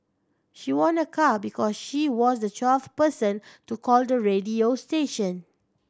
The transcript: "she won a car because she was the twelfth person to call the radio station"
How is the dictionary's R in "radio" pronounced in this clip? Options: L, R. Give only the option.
R